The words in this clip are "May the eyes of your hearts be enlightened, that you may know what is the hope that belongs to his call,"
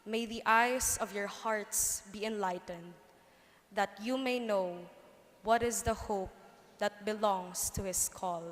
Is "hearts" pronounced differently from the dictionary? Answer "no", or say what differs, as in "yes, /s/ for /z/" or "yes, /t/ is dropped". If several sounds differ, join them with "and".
no